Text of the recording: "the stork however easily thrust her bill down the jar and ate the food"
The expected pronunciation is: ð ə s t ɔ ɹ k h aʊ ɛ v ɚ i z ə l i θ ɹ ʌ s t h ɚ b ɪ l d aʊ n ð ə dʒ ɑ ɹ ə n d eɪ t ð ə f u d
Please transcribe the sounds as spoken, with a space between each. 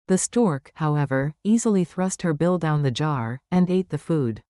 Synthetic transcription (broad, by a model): ð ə s t ɔ ɹ k h aʊ ɛ v ɚ i z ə l i θ ɹ ʌ s t h ɚ b ɪ l d aʊ n ð ə dʒ ɑ ɹ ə n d eɪ t ð ə f u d